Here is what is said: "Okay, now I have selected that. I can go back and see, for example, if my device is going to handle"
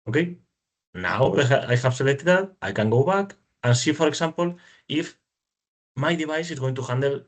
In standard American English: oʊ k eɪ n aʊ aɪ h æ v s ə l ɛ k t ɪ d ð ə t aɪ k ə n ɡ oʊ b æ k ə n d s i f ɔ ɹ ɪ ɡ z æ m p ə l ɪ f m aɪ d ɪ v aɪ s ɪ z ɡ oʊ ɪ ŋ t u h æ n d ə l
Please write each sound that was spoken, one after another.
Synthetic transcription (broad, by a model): oʊ k eɪ n aʊ aɪ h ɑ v s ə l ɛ t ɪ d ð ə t aɪ k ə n ɡ oʊ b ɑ k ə n s i f ɔ ɹ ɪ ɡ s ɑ m p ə l ɪ f m aɪ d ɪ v aɪ s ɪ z ɡ oʊ ɪ ŋ t u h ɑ n d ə l